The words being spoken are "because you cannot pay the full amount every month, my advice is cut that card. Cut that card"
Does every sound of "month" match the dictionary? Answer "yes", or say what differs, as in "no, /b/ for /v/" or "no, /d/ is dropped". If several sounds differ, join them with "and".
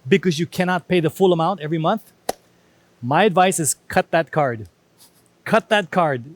yes